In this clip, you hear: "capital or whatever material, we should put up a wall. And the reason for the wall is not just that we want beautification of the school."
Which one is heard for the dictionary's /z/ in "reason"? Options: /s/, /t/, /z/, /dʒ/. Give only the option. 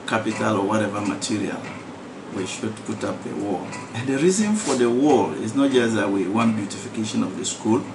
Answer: /z/